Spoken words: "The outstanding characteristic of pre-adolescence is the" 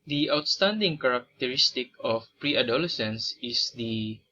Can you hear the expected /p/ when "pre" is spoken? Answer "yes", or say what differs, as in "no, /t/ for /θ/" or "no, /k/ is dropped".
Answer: yes